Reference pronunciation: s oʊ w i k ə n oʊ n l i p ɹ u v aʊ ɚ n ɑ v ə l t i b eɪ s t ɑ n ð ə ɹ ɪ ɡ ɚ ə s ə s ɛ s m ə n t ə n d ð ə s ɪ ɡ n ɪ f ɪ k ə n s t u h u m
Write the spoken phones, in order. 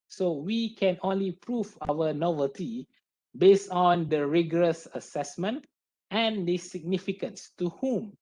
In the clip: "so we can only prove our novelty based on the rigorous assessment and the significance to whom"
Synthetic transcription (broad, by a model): s oʊ w i k ə n oʊ n l i p ɹ u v aʊ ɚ n ɑ v ə l t i b eɪ s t ɑ n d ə ɹ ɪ ɡ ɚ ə s ə s ɛ s m ə n t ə n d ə s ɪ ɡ n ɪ f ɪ k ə n s t u h u m